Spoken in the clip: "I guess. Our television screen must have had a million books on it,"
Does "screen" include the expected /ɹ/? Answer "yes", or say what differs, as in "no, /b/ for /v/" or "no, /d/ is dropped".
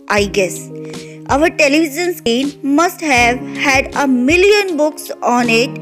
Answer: no, /ɹ/ is dropped